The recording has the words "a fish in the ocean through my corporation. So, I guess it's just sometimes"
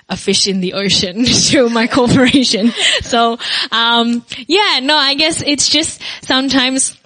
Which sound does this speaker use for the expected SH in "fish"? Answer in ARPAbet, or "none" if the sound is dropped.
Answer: SH